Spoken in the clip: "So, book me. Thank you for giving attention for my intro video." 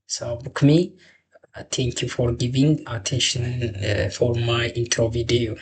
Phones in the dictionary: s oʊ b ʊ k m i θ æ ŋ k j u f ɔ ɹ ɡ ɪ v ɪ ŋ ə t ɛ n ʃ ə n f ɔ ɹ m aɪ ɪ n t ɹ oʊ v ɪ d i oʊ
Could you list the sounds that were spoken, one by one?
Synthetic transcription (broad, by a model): s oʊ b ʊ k m i t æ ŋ k j u f ɔ ɹ ɡ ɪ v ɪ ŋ ə t ɛ n ʃ ə n f ɔ ɹ m aɪ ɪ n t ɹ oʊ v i d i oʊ